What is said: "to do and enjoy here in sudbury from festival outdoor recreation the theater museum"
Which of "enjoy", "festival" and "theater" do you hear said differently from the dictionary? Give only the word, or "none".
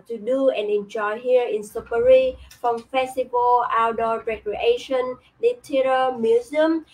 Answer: theater